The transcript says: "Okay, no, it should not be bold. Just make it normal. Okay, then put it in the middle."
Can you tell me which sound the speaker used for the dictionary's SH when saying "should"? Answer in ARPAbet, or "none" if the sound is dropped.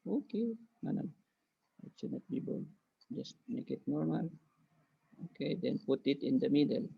S